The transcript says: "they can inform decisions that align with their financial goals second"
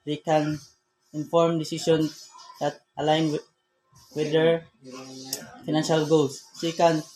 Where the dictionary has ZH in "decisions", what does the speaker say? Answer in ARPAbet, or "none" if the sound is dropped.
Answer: S